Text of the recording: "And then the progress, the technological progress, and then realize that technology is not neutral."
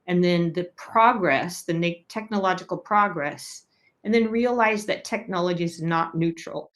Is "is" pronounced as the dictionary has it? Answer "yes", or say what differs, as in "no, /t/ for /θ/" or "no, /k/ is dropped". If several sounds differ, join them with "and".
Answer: yes